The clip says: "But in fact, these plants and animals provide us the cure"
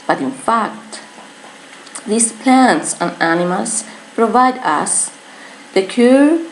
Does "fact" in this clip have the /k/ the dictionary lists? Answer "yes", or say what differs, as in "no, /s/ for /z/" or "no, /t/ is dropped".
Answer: yes